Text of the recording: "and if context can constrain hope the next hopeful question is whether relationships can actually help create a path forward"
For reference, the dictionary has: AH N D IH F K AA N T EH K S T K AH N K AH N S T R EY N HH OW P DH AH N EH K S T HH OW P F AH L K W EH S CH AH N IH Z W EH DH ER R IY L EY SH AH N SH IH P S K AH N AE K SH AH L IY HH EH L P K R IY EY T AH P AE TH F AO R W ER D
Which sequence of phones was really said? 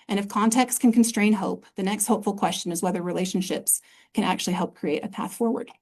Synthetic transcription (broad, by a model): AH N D IH F K AA N T EH K S T K AH N K N S T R EY N HH OW P DH AH N EH K S T HH OW P F L K W EH S CH AH N IH Z W EH DH ER R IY L EY SH N SH IH P S K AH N AE K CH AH L IY HH EH L P K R IY EY T AH P AE TH F AO R W ER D